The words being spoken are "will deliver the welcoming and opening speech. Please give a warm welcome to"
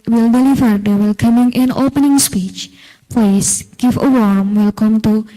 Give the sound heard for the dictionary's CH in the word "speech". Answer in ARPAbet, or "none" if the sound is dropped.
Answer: CH